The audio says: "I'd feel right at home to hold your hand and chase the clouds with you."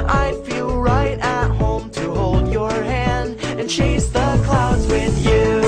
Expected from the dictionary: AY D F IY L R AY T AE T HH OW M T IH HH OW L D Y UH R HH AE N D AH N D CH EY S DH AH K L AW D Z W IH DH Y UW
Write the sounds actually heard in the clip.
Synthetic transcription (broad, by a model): AY F IY L R AY T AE T HH OW M T IH HH OW L D Y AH R HH AE N D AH N CH EY S DH AH K L AW D Z W IH DH Y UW